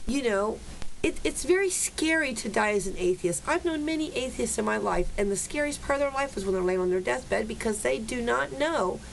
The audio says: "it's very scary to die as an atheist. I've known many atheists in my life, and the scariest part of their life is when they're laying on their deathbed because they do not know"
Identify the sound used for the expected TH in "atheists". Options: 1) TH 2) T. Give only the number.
1